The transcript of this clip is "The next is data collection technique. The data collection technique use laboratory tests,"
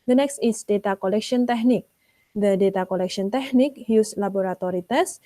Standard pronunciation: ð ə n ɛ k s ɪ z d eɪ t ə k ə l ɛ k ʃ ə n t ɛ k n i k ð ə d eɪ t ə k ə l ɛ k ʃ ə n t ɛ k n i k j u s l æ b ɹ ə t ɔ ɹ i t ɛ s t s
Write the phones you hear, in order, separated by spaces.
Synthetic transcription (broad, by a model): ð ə n ɛ k s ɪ s d eɪ t ə k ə l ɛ k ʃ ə n t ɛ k n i k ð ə d eɪ t ə k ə l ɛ k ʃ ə n t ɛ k n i k j u s l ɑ b ɹ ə t ɔ ɹ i t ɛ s s